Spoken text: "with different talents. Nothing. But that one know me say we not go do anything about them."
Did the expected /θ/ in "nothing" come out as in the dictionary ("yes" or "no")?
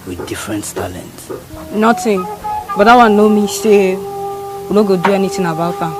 no